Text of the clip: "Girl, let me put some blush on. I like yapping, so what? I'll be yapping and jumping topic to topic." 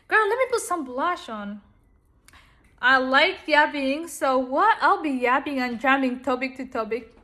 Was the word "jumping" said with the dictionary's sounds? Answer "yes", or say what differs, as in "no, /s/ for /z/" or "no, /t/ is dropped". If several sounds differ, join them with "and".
no, /p/ is dropped